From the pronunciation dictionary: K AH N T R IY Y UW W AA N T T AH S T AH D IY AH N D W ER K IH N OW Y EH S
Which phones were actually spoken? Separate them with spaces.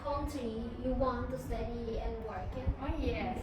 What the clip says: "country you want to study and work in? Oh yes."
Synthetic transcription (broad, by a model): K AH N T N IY Y UW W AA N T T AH S T AH D IY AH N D W ER K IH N OW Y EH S